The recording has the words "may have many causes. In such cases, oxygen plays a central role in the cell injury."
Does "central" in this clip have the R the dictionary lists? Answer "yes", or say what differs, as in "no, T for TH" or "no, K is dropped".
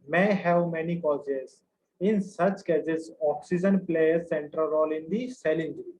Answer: yes